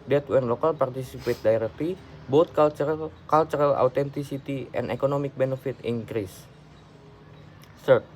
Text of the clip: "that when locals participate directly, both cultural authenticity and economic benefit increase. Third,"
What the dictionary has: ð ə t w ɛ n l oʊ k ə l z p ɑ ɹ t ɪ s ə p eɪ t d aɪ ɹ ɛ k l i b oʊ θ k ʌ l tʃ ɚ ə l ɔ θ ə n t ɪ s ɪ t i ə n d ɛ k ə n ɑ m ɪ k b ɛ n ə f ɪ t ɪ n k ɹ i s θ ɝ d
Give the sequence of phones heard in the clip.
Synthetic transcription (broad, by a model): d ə t w ɛ n l oʊ k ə l p ɑ ɹ t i s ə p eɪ t d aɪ ɹ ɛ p i b oʊ t k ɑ l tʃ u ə l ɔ t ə n t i s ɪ t i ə n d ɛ k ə n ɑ m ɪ k b ɛ n ə f ɪ t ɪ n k ɹ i s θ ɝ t